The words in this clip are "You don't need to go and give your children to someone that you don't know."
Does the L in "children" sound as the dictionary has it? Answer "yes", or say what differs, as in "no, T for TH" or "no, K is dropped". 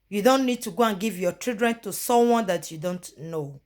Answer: no, L is dropped